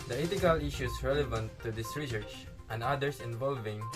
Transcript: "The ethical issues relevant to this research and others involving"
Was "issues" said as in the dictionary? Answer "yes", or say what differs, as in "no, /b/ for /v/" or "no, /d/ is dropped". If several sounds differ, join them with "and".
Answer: no, /s/ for /z/